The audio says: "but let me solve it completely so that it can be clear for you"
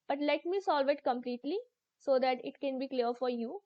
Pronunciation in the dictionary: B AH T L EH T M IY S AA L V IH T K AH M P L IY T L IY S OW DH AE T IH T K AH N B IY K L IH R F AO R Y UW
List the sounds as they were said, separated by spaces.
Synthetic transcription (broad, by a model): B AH T L EH T M IY S AA L V IH T K AH M P L IY T L IY S OW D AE T IH T K AH N B IY K L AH R F AO R Y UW